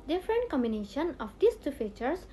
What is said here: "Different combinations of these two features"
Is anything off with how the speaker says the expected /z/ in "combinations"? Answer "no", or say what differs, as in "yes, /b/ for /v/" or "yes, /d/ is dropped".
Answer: yes, /z/ is dropped